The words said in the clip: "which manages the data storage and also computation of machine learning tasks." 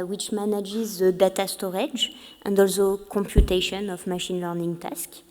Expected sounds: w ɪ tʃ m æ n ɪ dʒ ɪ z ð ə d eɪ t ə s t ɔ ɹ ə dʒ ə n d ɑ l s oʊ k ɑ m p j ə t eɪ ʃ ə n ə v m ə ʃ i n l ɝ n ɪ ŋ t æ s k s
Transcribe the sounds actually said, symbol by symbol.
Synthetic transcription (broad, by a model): w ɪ tʃ m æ n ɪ dʒ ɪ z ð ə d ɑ t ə s t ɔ ɹ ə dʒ ə n d ɑ l s oʊ k ɑ m p j ə t eɪ ʃ ə n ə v m ə ʃ i n l ɝ n ɪ ŋ t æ s k